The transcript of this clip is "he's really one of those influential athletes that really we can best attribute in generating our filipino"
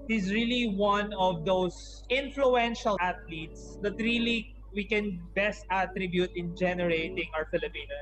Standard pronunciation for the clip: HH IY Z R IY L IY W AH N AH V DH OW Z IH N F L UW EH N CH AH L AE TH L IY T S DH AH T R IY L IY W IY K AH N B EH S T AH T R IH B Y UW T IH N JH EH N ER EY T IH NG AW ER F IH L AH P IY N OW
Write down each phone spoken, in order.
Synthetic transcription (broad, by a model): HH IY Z R IY L IY W AH N AH V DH OW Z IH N F L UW EH N SH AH L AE T L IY T S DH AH T R IY L IY W IY K AH N B EH S T AH T R IH B Y UW T IH N JH EH N ER EY T IH NG AW ER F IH L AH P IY N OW